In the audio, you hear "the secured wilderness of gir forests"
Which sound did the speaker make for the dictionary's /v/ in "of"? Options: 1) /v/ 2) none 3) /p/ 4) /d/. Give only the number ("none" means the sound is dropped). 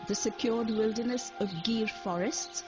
1